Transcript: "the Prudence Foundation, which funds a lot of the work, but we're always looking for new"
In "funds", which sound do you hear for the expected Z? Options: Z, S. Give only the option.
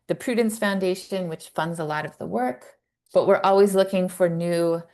Z